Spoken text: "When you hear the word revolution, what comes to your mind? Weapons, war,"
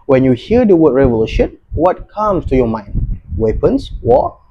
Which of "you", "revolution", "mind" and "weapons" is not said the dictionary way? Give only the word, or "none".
weapons